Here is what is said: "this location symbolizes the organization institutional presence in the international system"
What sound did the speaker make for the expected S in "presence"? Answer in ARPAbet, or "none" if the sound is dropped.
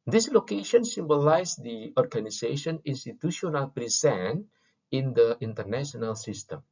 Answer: none